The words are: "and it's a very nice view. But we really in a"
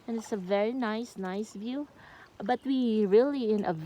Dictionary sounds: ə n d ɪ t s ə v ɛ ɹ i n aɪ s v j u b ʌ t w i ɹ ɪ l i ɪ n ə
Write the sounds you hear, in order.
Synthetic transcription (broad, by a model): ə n ɪ t s ə v ɛ ɹ i n aɪ s v j u b ʌ t w i ɹ ɪ l i ɪ n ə